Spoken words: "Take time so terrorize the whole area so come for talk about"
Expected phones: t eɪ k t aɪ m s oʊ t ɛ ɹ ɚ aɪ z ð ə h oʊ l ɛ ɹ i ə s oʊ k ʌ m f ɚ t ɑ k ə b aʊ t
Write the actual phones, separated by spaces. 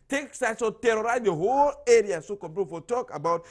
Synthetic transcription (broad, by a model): t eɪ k s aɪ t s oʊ t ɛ ɹ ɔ aɪ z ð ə h oʊ l ɛ ɹ i ə s oʊ k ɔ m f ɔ t ɑ k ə b aʊ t